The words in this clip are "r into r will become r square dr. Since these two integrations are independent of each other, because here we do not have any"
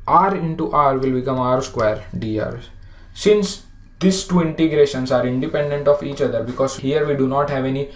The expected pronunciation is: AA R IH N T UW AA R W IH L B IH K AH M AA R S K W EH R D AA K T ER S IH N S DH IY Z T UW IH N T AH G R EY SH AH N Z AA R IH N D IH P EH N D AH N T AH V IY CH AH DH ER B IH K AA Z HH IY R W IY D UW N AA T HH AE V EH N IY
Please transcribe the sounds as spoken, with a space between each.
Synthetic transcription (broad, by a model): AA R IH N T UW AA R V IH L B IH K AH M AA R S K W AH R D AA T S IH N S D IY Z T UW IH N T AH G R EY SH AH N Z AA R IH N D IH P EH N D AH N T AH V IY CH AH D ER B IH K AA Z HH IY R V IY D UW N AA T HH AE V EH N IY